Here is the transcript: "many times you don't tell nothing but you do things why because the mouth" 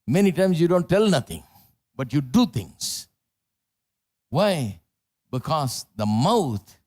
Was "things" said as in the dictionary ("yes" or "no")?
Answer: no